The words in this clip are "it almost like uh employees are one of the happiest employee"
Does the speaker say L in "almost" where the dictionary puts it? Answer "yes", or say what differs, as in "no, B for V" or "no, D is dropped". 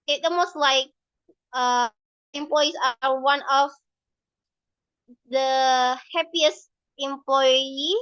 no, L is dropped